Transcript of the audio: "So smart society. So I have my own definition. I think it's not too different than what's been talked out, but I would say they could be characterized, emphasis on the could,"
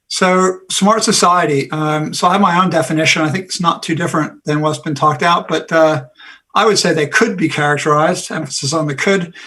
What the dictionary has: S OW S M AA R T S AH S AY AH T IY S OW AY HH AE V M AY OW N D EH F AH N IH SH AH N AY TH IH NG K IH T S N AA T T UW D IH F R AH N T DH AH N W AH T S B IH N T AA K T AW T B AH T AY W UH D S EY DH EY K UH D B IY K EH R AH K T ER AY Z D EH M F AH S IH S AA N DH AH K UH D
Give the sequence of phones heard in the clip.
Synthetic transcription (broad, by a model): S OW S M AA R T S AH S AY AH T IY S OW AY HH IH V M AY OW N D EH F AH N IH SH AH N AY TH IH NG K IH T S N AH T T UW D IH F R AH N DH AH N W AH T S B IH N T AA K T AW T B AH T AY W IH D S EY DH EY K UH D B IY K EH R AH K T ER AY Z D EH M F AH S IH S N DH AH K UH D